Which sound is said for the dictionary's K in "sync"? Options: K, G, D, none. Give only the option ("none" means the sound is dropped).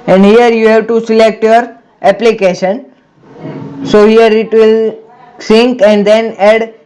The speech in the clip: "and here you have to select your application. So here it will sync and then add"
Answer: K